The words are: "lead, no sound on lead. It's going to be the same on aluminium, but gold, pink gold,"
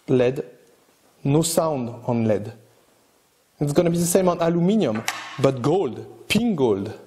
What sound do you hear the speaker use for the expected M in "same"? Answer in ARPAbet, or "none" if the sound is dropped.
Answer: M